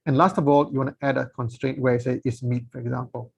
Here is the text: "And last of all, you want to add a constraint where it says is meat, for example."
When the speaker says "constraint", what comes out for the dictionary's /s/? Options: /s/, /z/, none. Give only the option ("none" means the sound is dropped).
/s/